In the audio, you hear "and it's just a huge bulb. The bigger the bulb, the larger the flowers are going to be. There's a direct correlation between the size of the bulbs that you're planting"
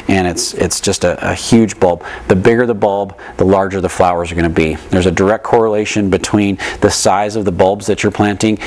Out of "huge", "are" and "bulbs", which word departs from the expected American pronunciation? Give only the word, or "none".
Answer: none